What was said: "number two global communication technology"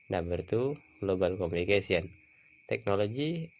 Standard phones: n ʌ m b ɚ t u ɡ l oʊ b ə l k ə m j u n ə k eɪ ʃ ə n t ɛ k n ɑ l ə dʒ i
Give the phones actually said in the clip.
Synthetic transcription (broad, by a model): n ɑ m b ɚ t u ɡ l oʊ b ə l k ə m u n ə k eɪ s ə n t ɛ k n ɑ l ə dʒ i